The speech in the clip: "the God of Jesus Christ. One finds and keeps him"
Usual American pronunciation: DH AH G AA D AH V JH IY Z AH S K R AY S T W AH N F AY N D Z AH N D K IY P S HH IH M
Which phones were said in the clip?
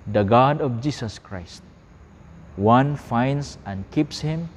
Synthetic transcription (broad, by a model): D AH G AA D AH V JH IY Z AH S K R AY S T W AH N F AY N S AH N K IY P S HH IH M